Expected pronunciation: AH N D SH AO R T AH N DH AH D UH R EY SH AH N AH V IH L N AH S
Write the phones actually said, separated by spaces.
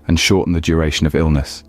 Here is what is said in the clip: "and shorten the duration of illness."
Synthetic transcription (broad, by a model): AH N SH AO T N DH AH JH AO R EY SH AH N AH V IH L N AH S